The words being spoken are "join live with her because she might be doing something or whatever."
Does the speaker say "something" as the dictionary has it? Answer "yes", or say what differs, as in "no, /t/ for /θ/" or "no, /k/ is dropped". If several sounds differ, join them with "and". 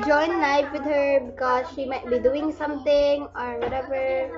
no, /t/ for /θ/